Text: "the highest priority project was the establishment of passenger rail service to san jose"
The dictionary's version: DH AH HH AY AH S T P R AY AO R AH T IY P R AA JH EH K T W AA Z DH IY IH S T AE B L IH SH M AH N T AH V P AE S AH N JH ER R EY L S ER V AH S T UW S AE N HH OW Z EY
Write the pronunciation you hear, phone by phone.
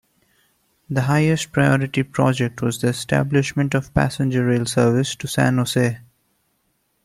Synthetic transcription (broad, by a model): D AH HH AY AH S T P R AY AO R AH T IY P R AA JH EH K T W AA Z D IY IH S T AE B L IH SH M AH N T AH V P AE S AH N JH ER R EY L S ER V AH S T UW S AE N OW S EY